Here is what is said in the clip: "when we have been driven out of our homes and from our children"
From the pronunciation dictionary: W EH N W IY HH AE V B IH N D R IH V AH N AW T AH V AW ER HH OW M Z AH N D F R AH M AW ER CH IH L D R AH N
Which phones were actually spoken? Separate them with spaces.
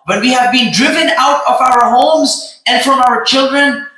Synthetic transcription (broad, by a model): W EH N W IY HH AE V B IH N D R IH V AH N AW T AH V AW ER HH OW M Z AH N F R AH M AW ER CH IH L D R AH N